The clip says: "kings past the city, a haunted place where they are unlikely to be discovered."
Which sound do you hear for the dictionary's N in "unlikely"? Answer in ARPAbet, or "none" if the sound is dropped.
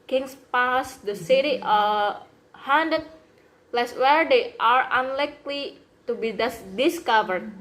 N